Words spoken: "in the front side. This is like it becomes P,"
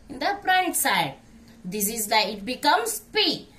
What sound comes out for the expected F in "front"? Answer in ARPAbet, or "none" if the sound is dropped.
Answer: P